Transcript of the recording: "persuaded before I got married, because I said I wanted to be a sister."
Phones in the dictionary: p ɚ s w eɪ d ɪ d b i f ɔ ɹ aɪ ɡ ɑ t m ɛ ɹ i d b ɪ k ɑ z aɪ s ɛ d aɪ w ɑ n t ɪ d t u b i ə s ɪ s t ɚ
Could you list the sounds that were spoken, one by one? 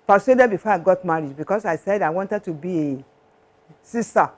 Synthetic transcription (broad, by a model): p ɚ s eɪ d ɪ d b i f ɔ aɪ ɡ ɑ t m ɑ ɹ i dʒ b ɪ k ɑ s aɪ s ɛ d aɪ w ɑ n t ɪ d t u b i ə s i s t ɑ